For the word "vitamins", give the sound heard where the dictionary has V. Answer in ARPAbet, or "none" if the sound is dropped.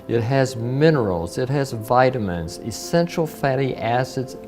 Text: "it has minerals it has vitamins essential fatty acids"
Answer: V